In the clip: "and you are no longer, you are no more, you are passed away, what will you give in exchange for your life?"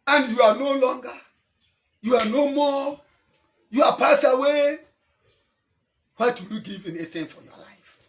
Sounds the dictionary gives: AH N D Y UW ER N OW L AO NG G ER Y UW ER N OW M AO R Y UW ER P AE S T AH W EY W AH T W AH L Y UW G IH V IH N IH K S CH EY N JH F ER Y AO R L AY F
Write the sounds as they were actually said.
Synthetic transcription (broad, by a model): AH N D Y UW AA N OW L AO NG G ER Y UW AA N OW M AO Y UW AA P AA S AH W EY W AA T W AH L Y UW G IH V IH N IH S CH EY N F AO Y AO L AY F